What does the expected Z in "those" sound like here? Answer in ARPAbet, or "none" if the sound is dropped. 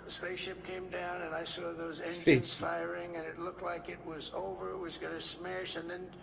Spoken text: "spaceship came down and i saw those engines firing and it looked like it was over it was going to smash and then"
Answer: Z